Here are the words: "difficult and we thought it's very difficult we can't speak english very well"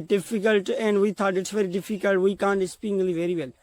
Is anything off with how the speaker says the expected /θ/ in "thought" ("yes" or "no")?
yes